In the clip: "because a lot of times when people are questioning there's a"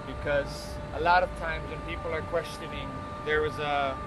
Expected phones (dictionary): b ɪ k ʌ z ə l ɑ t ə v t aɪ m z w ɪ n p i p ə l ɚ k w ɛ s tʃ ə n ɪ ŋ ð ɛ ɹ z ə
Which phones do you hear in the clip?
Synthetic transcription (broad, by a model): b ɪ k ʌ z ə l ɑ t ə v t aɪ m z w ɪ n p i p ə l ɚ k w ɛ s tʃ ə n ɪ ŋ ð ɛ ɹ z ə